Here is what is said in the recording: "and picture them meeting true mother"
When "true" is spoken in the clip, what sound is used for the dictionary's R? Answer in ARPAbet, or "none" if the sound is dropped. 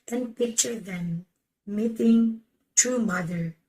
none